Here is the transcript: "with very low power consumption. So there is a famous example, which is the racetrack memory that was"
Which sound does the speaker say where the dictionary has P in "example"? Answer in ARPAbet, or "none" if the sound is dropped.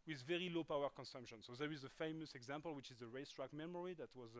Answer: P